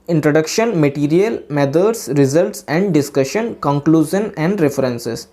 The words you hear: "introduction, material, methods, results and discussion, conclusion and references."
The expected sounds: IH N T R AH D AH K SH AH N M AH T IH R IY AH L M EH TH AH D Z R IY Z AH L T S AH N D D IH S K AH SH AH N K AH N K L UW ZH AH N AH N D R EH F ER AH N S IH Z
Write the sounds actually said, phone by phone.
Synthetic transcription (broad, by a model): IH N T R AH D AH K SH AH N M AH T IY R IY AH L M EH T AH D S R IY Z AH L T S AH N D D IH S K AH SH AH N K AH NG K L UW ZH AH N AH N D R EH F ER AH N S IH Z